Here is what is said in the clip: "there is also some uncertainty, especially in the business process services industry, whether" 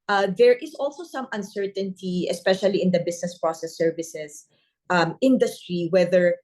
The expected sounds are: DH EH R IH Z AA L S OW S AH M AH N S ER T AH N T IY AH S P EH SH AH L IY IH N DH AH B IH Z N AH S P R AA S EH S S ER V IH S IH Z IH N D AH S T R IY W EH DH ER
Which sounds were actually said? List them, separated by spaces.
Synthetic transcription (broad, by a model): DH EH R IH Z AA L S OW S AH M AH N S ER T AH N T IY AH S P EH SH AH L IY IH N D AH B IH S N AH S P R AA S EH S S ER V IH S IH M IH N D AH S T R IY W EH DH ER